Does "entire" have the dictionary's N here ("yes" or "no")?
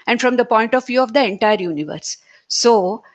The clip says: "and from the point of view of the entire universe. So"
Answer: yes